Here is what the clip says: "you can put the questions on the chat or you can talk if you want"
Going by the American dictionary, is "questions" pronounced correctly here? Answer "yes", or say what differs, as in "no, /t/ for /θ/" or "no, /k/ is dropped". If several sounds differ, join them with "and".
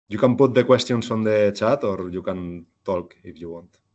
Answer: no, /s/ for /z/